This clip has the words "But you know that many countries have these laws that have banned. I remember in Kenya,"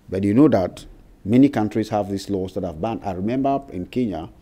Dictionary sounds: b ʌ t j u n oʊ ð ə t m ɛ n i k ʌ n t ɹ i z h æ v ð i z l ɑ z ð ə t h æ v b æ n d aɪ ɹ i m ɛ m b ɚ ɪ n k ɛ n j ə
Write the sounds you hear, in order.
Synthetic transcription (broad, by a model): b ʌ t j u n oʊ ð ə t m ɛ n i k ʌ n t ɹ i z h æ v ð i s l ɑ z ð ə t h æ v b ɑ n aɪ ɹ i m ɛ m b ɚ ɪ n k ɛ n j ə